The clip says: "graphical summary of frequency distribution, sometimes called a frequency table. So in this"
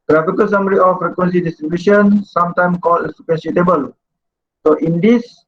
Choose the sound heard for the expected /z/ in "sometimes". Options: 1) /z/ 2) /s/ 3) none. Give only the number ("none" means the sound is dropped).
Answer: 3